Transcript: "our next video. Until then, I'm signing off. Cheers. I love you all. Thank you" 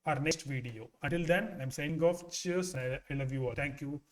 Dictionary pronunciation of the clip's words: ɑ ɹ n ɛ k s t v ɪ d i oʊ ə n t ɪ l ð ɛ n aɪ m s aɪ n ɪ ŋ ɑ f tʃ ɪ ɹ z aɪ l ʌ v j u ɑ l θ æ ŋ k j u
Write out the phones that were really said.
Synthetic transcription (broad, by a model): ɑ ɹ n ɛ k s t v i d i oʊ ə n t ɪ l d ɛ n aɪ m s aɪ ɪ ŋ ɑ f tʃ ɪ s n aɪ l ʌ v j u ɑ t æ ŋ k j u